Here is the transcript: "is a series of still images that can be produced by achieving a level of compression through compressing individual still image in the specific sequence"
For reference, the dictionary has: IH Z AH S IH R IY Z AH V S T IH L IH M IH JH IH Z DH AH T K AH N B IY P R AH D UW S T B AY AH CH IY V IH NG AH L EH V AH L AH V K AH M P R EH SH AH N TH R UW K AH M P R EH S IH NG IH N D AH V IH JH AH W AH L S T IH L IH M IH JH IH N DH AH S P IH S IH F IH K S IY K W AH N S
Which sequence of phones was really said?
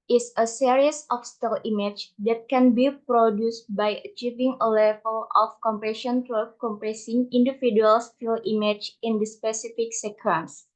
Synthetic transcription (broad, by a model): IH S AH S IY R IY S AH F S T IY L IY M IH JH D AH T K AH N B IY P R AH D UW S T B AY AH CH IY V IH NG AH L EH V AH L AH F K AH M P R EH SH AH N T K K AH M P R EH S IH NG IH N D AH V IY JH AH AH L S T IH L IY M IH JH IH N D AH S P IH S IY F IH K S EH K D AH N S